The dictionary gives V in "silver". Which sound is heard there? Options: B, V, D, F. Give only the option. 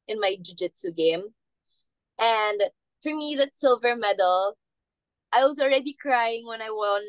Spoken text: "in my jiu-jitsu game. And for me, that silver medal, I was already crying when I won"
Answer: V